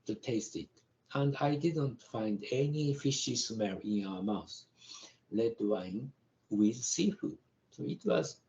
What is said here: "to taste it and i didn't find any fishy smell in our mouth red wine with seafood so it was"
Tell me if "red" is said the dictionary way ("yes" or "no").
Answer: no